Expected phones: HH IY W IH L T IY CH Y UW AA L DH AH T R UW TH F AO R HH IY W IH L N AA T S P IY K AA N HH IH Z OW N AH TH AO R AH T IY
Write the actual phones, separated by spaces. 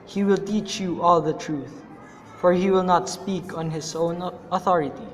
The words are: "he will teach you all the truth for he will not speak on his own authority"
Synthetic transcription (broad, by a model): HH IY W IH L T IY CH Y UW AA L DH AH T R UW TH F AO R HH IY W IH L N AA T S P IY K AA N HH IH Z OW N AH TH AO R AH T IY